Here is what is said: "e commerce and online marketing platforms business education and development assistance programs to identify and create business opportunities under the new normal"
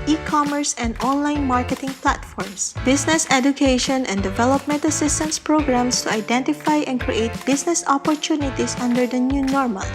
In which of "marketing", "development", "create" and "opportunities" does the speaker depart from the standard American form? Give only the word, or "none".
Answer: opportunities